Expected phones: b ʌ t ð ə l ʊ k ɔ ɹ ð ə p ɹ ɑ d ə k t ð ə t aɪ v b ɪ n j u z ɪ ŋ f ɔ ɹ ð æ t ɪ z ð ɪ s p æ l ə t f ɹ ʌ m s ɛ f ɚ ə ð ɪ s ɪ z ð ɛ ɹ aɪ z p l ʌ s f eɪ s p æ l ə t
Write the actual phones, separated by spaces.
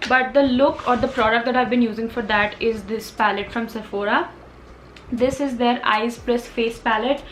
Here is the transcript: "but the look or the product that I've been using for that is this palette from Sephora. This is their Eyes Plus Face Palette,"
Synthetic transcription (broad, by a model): b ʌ t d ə l ʊ k ɔ ɹ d ə p ɹ ɑ d ə k t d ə t aɪ v b ɪ n j u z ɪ ŋ f ɔ ɹ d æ t ɪ z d ɪ s p æ l ə t f ɹ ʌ m s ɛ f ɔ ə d ɪ s ɪ z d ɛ ɹ aɪ z p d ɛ s f eɪ s p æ l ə t